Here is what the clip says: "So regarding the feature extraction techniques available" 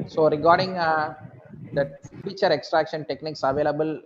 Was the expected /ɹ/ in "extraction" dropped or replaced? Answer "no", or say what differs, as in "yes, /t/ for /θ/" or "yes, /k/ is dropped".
no